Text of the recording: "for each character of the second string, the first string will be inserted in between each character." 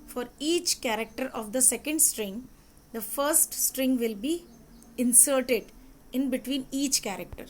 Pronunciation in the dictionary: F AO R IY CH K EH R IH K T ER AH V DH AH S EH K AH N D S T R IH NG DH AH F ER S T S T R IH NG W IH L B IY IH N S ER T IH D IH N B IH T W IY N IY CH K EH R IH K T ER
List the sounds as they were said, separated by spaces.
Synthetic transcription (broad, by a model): F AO R IY CH K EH R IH K T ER AH V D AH S EH K AH N D S T R IH NG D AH F ER S T S T R IH NG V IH L B IY IH N S ER T IH D IH N B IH T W IY N IY CH K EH R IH K T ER